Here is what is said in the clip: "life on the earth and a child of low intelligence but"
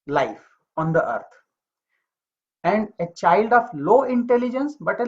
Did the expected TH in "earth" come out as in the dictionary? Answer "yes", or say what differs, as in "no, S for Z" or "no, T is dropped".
no, T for TH